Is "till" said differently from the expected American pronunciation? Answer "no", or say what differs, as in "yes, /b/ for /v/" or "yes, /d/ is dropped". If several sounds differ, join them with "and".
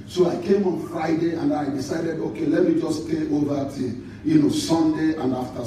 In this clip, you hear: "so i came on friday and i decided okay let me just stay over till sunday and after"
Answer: yes, /n/ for /l/